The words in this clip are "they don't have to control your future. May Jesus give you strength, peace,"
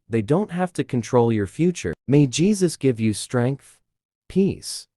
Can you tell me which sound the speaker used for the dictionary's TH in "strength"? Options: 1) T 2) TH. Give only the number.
2